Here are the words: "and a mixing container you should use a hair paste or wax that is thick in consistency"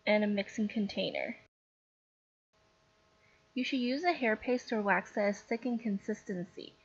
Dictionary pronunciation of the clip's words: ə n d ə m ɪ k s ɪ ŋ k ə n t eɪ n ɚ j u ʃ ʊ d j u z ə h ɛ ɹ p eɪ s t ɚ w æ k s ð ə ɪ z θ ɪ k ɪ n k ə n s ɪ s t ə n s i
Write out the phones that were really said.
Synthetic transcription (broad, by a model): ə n ə m ɪ k s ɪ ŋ k ə n t eɪ n ɚ j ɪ ʃ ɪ d j u z ə h ɛ ɹ p eɪ s t ɚ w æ k s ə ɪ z s ɪ k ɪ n k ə n s ɪ s t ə n s i